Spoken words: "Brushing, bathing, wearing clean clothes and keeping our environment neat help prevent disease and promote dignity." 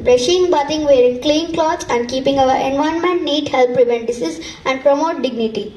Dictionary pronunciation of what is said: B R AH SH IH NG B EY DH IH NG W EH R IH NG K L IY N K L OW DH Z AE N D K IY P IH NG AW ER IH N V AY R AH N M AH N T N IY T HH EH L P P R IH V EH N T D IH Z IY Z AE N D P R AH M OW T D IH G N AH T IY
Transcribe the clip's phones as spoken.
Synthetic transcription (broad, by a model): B R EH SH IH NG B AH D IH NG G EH R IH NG K L IY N K L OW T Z AE N D K IY P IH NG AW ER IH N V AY AH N M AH N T N IY T HH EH L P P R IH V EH N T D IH S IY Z AE N D P R AH M OW T D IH G N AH T IY